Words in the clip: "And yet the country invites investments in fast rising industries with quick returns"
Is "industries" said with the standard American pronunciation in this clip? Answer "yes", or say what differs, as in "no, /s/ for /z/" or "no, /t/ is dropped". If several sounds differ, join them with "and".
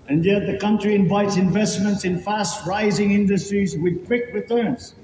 yes